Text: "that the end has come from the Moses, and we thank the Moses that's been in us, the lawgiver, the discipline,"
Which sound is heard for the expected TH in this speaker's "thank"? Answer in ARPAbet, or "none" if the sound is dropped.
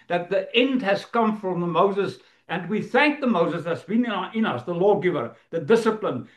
TH